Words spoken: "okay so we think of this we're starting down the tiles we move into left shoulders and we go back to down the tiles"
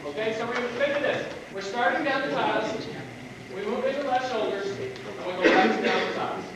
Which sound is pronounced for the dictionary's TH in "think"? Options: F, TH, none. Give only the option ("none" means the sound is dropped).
F